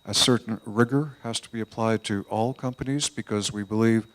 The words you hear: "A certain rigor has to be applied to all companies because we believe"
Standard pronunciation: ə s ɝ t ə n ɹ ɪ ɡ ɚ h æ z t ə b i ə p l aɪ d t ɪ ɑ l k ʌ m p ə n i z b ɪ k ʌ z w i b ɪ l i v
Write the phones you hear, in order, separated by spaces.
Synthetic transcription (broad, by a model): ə s ɝ t n ɹ ɪ ɡ ɚ h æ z t ə b i ə p l aɪ d t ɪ ɑ l k ʌ m p ə n i z b ɪ k ʌ z w i b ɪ l i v